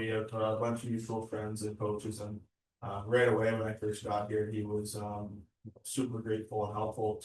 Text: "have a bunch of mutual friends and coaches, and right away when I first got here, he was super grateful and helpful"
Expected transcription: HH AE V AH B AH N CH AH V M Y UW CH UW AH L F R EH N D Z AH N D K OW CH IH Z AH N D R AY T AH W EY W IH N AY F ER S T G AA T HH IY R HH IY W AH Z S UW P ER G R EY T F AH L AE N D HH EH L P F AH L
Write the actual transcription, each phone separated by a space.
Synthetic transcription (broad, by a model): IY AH B AH N CH AH V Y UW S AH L F R EH N D Z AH N K OW CH IH Z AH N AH R AY T AH W EY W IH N AY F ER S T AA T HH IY R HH IY W AH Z S UW P ER G R EY T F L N HH EH L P F L